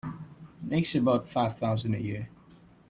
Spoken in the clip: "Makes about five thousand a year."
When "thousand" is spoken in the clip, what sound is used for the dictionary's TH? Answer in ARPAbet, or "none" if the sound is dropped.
TH